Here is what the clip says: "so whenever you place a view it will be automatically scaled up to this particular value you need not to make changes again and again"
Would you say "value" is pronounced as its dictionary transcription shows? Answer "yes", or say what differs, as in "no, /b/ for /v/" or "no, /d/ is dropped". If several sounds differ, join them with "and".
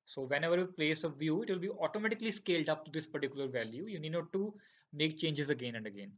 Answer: yes